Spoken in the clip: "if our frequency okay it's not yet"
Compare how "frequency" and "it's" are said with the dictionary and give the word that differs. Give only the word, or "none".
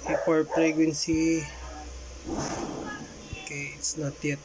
frequency